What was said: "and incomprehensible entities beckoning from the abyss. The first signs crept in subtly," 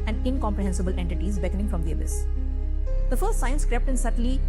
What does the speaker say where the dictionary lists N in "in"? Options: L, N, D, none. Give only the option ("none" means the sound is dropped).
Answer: N